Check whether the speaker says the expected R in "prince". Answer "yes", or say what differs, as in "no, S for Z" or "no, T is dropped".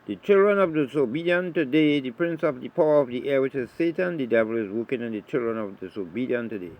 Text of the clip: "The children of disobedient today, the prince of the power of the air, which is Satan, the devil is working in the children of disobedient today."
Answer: yes